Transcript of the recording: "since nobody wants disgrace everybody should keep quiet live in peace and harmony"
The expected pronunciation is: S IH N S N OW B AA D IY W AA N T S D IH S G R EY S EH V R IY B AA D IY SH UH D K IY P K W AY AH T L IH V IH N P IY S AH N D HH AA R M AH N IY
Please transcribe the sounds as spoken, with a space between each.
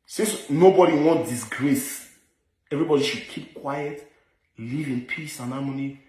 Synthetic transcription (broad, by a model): S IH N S N OW B AA D IY W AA N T D IH S G R EY S EH V R IY B AA D IY SH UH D K IY P K W AY AH T L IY V IH N P IY S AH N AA M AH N IY